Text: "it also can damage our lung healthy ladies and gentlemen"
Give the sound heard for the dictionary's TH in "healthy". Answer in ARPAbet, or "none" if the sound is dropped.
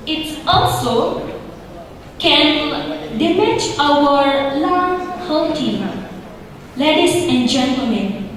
T